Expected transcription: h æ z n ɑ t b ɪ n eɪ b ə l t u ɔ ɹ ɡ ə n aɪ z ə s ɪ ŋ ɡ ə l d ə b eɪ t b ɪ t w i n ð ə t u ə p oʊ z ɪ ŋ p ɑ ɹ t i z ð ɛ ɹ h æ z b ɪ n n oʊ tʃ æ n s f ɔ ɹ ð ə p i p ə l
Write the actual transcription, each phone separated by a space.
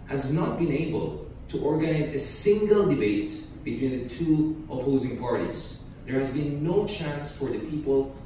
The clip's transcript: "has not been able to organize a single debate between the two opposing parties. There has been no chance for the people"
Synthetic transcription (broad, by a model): h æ z n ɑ t b ɪ n eɪ b ə l t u ɔ ɹ ɡ ə n aɪ z ə s ɪ ŋ ɡ ə l d ə b eɪ t b ɪ t w i n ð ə t u ə p oʊ z ɪ ŋ p ɑ ɹ t i z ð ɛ ɹ h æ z b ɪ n n oʊ tʃ æ n s f ɔ ɹ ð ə p i p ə l